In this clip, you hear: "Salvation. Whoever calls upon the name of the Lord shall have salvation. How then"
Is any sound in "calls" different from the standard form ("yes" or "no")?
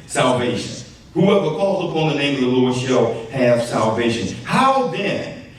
no